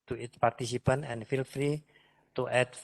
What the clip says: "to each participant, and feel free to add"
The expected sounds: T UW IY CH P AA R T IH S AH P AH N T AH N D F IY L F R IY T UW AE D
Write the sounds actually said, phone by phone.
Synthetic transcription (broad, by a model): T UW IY S P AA R T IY S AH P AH N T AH N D F IY L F R IY T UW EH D